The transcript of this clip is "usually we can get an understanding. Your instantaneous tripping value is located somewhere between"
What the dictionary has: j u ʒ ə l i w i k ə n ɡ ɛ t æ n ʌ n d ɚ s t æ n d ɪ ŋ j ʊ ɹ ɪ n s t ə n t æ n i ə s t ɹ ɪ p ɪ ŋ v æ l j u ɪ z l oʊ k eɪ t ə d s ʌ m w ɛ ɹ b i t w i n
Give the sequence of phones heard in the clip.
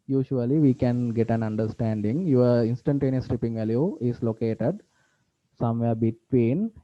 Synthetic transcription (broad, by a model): j u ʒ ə l i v i k ə n ɡ ɛ t æ n ʌ n d ɚ s t æ n d ɪ ŋ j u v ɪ n s t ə n t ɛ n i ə s t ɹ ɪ p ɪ ŋ v æ l j u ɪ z l oʊ k eɪ t ə d s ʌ m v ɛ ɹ b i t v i n